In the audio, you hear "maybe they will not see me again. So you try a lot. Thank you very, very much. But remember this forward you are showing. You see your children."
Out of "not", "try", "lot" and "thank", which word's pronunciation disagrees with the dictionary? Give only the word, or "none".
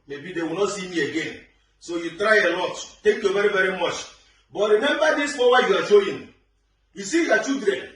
thank